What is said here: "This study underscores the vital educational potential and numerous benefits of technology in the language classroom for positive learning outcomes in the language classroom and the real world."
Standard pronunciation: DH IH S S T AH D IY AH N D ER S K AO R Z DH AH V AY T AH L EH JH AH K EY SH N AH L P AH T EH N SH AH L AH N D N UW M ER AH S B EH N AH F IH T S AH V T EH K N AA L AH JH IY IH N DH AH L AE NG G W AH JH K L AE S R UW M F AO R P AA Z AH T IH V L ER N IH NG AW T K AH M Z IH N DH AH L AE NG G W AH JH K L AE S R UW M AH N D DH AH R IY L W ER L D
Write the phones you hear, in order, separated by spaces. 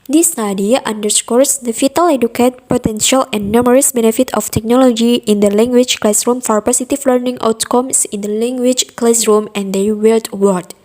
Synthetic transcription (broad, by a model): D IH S S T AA D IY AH N D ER S K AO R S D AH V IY T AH L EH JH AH K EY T P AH T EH N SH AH L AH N N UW M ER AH S B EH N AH F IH T AH F T EH K N AA L AH JH IY IH N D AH L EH NG G W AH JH K L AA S R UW M F AO R P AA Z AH T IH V L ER N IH NG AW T K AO M S IH N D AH L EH NG G W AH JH K L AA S R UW M AH N D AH W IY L W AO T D